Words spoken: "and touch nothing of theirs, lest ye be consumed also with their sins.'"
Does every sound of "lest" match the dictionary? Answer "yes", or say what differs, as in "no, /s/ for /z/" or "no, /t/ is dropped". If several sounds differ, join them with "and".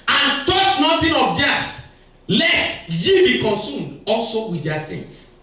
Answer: yes